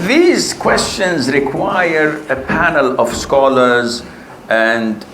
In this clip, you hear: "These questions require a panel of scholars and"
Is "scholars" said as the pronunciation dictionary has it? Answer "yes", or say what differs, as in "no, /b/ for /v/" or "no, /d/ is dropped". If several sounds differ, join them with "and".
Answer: yes